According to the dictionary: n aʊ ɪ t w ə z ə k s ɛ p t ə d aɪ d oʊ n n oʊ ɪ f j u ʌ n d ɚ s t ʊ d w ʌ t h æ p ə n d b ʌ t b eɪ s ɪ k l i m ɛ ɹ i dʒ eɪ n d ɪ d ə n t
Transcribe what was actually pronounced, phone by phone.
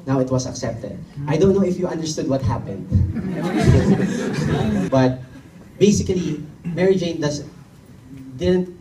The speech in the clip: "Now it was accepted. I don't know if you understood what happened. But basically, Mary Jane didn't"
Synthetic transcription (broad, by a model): n aʊ ɪ t w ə s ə k s ɛ p t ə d aɪ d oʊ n n oʊ ɪ f j u ʌ n d ɚ s t ʊ d w ʌ t h æ p ə n d b ʌ t b eɪ s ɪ k l i m ɛ ɹ i dʒ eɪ n d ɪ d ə n t